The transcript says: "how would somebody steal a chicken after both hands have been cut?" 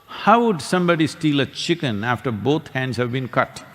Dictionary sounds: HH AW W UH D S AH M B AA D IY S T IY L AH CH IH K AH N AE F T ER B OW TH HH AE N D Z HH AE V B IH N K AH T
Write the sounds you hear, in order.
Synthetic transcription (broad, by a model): HH AW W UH D S AH M B AA D IY S T IY L AH CH IH K AH N AE F T ER B OW T HH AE N D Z HH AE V B IH N K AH T